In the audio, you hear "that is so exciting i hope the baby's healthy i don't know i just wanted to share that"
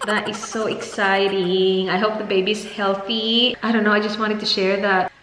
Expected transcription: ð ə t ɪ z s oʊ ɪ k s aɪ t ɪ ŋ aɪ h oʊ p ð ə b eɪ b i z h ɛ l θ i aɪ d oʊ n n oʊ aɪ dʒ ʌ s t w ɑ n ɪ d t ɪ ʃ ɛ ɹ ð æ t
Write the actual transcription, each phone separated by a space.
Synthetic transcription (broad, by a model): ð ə t ɪ z s oʊ ɪ k s aɪ t ɪ ŋ aɪ h oʊ p ð ə b eɪ b i z h ɛ l θ i aɪ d oʊ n n oʊ aɪ dʒ ʌ s t w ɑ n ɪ d t ɪ ʃ ɛ ɹ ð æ t